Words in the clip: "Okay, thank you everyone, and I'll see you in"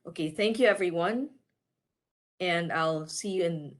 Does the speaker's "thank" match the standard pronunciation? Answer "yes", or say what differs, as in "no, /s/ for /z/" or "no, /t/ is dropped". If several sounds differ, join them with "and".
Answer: yes